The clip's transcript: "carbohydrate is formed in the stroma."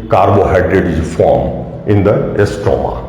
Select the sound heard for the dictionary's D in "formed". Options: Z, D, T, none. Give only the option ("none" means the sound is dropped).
none